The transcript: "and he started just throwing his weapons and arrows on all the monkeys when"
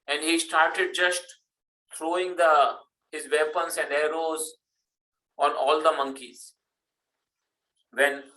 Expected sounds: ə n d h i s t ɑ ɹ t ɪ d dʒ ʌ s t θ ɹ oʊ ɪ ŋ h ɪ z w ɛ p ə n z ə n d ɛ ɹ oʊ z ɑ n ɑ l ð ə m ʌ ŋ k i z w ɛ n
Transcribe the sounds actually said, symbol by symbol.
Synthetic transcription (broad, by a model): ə n d h i s t ɑ ɹ t ɪ d dʒ ʌ s t t ɹ oʊ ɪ ŋ h ɪ z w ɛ p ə n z ə n d ɛ ɹ oʊ z ɑ n ɑ l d ə m ʌ ŋ k i z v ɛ n